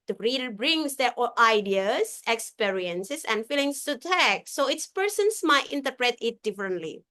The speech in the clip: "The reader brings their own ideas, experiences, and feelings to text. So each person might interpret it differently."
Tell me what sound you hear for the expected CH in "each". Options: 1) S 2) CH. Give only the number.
1